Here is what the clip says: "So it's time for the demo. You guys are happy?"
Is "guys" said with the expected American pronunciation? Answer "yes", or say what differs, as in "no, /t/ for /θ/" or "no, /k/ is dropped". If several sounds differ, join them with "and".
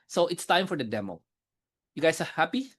no, /s/ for /z/